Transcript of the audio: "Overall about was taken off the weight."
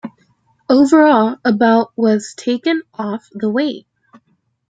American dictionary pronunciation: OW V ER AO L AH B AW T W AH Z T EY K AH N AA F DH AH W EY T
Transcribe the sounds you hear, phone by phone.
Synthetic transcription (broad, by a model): OW V ER AO L AH B AW T W AH Z T EY K AH N AA F DH AH W EY